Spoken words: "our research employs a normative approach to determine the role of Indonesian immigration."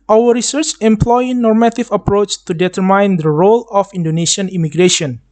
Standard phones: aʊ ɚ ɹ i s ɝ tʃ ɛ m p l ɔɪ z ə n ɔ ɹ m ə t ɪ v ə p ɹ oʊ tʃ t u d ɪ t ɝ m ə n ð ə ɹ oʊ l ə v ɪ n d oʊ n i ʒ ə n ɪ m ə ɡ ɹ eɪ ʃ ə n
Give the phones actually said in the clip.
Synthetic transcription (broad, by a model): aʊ ɚ ɹ i s ɝ tʃ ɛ m p l ɔɪ n ɔ ɹ m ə t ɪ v ə p ɹ oʊ tʃ t u d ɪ t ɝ m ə n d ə ɹ oʊ l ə f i n d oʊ n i s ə n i m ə ɡ ɹ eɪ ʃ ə n